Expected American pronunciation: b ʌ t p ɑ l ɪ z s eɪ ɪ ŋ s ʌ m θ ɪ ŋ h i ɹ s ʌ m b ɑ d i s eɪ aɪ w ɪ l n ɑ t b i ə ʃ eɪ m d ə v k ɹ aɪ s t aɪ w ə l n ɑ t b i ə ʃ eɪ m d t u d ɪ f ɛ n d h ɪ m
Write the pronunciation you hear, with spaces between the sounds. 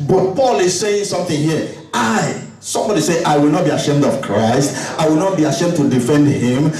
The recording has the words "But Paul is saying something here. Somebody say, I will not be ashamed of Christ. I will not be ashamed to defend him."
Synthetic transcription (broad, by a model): b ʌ t p ɑ l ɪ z s eɪ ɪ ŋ s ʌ m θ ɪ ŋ h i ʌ s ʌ m b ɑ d i s eɪ aɪ w ɪ l n ɑ t b i ə ʃ eɪ m d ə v k ɹ aɪ s t aɪ w ə l n ɑ t b i ə ʃ eɪ m d t u d ɪ f ɛ n d h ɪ m